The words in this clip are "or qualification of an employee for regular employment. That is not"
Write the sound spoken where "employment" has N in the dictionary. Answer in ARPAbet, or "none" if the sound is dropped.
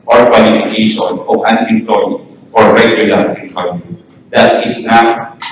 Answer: none